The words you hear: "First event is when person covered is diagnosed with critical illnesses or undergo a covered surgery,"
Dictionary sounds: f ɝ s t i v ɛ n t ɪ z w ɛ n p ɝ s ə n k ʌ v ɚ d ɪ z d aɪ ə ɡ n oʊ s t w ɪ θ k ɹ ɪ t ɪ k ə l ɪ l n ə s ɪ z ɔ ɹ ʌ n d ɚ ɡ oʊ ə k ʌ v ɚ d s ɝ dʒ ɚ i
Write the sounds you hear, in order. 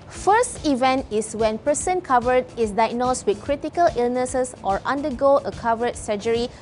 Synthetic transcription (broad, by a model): f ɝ s t i v ɛ n t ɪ s w ɛ n p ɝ s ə n k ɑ v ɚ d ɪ s d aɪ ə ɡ n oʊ s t w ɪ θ k ɹ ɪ t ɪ k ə l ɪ l n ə s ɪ s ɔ ɹ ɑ n d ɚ ɡ oʊ ə k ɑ v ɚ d s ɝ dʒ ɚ i